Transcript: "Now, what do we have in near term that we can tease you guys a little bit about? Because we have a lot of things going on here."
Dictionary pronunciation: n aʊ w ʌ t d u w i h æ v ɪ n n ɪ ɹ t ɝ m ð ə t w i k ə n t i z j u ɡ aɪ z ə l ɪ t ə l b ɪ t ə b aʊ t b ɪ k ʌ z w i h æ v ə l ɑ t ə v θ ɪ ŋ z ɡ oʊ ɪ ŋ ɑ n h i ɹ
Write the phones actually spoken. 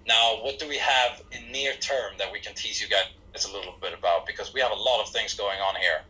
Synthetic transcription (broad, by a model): n aʊ w ʌ t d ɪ w i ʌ v ɪ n n ɪ ɹ t ɝ m ð ə t w i k ə n t i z j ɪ ɡ aɪ z ə l ɪ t l b ɪ t ə b aʊ t b ɪ k ʌ z w i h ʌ v ə l ɑ t ə v θ ɪ ŋ z ɡ oʊ ɪ ŋ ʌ n h i ɹ